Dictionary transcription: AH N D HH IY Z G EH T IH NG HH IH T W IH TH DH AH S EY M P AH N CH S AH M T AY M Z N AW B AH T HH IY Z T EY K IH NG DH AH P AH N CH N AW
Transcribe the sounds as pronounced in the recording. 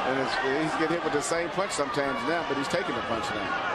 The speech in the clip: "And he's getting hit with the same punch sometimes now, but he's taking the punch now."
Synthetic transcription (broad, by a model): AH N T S IY Z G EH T HH IH T W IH DH AH S EY M P AH N CH S AH M T AY M Z N AW B AH T HH IY Z T EY K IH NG DH AH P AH N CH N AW